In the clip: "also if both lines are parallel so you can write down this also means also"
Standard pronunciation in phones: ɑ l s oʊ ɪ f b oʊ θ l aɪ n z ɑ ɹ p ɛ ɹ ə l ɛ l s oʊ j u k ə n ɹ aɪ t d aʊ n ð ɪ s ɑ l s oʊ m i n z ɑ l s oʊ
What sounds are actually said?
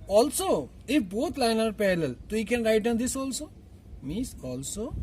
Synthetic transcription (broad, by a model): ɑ l s oʊ ɪ f b oʊ t l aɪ n ɑ ɹ p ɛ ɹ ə l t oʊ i k ə n ɹ aɪ t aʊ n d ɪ s ɑ l s oʊ m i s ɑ l s oʊ